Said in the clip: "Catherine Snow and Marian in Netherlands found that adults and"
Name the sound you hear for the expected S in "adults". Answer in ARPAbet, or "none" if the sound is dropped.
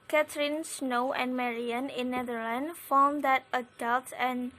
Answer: none